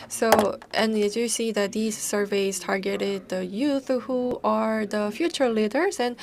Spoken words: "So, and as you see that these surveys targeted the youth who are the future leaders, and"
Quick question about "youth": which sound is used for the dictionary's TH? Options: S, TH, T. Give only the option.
TH